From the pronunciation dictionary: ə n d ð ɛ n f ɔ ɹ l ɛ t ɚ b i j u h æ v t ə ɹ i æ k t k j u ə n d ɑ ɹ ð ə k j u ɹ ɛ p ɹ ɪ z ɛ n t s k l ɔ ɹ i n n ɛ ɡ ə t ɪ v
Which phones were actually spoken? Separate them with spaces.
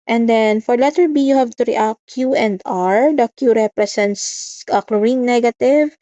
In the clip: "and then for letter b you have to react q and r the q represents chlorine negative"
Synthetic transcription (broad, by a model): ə n d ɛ n f ɔ ɹ l ɛ t ɚ b i j u h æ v t ə ɹ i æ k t k j u ə n d ɑ ɹ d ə k j u ɹ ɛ p ɹ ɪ s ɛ n t s k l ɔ ɹ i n n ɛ ɡ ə t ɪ v